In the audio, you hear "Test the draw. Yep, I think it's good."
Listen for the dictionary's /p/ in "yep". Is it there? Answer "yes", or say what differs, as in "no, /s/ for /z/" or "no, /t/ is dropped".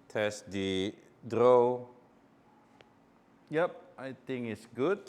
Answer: yes